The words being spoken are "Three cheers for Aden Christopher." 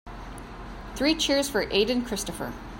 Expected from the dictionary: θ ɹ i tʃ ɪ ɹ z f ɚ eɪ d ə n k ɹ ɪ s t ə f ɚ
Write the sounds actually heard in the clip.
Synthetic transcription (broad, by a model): θ ɹ i tʃ ɪ ɹ z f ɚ eɪ d ə n k ɹ ɪ s t ə f ɚ